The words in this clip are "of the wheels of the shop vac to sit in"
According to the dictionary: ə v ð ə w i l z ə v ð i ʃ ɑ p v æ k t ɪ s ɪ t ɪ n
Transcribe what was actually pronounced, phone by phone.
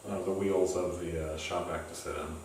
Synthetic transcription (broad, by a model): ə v ð ə w i l z ə v ð i ʃ ɑ p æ k t ɪ s ɪ t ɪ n